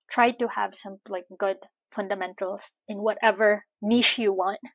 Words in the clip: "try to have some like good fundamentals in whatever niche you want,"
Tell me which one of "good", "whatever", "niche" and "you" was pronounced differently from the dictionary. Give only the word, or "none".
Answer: niche